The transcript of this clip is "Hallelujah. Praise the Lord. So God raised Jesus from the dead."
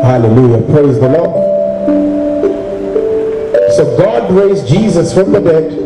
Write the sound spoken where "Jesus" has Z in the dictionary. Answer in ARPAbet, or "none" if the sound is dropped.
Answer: Z